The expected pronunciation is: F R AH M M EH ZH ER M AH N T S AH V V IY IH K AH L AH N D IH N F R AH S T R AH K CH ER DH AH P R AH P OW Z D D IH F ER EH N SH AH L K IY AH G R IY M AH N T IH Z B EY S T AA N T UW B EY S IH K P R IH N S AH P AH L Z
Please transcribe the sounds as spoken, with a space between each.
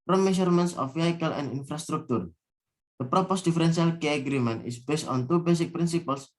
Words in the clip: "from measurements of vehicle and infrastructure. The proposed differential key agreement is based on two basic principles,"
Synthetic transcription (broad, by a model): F R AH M M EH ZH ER M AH N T S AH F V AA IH K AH L AH N D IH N F R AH S T R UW K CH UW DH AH P R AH P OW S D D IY F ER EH N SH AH L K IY AH G R IY M AH N T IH S B EY S T AA N T UW B EY S IH K P R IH N S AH P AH L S